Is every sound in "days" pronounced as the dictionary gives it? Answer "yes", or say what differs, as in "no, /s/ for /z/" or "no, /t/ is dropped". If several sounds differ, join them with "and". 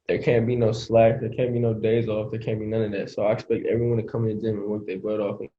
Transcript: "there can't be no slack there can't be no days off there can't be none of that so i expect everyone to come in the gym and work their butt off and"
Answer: yes